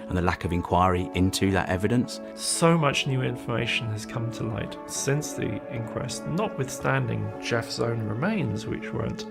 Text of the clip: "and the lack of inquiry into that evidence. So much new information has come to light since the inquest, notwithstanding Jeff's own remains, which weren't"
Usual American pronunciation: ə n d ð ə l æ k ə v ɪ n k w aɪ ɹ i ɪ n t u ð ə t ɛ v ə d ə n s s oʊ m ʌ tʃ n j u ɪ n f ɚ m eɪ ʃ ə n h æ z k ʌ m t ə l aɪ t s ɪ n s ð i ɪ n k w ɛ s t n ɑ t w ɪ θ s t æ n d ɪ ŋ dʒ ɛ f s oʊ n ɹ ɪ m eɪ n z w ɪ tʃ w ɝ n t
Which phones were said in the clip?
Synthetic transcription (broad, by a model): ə n ð ə l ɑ k ə v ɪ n k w aɪ ɹ i ɪ n t u ð ə t ɛ v ə d ə n s s oʊ m ʌ tʃ n j u ɪ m f ɚ m eɪ ʃ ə n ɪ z k ʌ m t ə l aɪ t s ɪ n s ð i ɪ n k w ɛ s t n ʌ t w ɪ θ s t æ n d ɪ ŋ dʒ ɛ f s oʊ n ɹ ɪ m eɪ n z w ɪ tʃ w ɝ n t